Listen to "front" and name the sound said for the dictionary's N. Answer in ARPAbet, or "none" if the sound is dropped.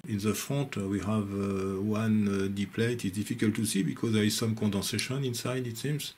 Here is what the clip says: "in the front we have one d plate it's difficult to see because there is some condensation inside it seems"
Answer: none